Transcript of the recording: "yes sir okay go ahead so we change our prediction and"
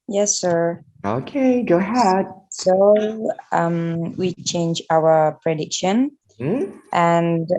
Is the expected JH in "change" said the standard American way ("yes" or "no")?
yes